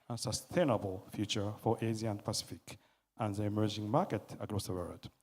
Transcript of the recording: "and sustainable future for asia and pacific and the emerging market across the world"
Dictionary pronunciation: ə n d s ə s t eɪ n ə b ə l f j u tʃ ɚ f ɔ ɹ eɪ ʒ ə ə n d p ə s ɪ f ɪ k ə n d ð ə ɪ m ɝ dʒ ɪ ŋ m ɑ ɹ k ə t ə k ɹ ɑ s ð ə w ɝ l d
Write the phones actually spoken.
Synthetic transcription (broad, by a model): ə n s ə s t eɪ n ə b ə l f j u tʃ ɚ f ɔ ɹ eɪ z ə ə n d p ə s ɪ f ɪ k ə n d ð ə ɪ m ɝ dʒ ɪ ŋ m ɑ ɹ k ə t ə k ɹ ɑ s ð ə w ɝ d